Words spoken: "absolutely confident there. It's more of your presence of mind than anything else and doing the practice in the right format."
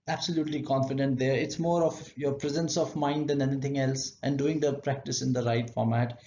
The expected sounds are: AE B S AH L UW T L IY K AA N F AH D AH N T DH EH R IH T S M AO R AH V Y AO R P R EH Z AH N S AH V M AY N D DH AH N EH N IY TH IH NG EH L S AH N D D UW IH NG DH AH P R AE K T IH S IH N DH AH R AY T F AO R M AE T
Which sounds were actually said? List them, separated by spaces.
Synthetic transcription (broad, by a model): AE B S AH L UW T L IY K AA N F AH D AH N T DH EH R IH T S M AO R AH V Y AO R P R EH Z AH N S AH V M AY N D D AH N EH N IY T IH NG EH L S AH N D D UW IH NG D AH P R AE K T IH S IH N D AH R AY T F AO R M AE T